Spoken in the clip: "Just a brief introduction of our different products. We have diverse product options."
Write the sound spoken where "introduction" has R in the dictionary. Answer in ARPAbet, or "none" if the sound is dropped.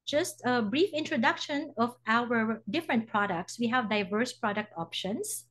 R